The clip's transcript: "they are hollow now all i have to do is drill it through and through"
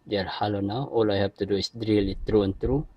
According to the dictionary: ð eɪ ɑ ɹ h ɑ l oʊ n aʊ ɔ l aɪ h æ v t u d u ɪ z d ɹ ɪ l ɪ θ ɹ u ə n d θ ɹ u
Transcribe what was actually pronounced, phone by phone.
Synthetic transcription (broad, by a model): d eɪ ɑ ɹ h ɑ l oʊ n aʊ ɔ l aɪ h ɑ p t u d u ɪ s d ɹ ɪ l ɪ t ɹ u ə n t ɹ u